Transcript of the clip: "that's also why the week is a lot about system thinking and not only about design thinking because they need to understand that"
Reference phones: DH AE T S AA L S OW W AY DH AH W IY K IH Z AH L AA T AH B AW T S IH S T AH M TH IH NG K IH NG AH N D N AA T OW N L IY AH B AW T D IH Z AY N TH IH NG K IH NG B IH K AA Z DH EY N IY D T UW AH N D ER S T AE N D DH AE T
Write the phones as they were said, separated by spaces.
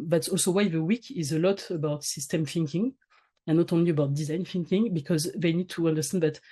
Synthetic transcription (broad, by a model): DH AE T S AA L S OW W AY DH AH W IY K IH Z AH L AA T AH B AW T S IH S T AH M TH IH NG K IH NG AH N N AA T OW N L IY AH B AW T D IH Z AY N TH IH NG K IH NG B IH K AA Z DH EY N IY D T UW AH N D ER S T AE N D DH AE T